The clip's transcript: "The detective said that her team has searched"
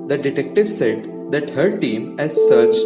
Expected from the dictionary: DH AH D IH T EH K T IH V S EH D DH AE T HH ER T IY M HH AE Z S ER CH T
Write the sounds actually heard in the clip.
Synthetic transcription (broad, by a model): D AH D IH T EH K T IH V S EH D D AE T HH ER T IY M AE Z S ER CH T